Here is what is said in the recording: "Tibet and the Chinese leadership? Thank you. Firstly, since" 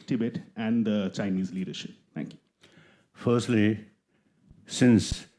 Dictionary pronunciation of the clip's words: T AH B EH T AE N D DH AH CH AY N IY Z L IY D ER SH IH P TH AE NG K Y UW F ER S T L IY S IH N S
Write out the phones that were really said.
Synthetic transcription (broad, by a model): T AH B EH T AE N D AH CH AY N IY Z L IY D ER SH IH P T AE NG K Y UW F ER S T L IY S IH N S